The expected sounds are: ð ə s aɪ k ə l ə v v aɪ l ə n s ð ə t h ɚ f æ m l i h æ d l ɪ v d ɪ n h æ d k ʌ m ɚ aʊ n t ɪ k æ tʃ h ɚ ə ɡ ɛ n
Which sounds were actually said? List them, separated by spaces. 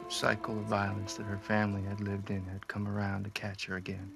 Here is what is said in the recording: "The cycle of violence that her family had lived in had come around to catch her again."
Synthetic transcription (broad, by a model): s aɪ k l ə v v aɪ l ə n s ð ə t h ɚ f æ m l i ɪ d l ɪ v d ɪ n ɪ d k ʌ m ɚ aʊ n t ɪ k æ tʃ h ɚ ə ɡ ɛ n